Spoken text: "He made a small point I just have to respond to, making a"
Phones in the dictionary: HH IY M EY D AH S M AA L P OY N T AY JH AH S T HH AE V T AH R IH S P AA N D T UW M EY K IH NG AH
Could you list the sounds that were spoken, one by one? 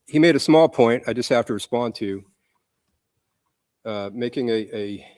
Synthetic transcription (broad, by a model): HH IY M EY D AH S M AA L P OY N T AY JH AH S T HH AE F T AH R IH S P AA N T UW M EY K IH NG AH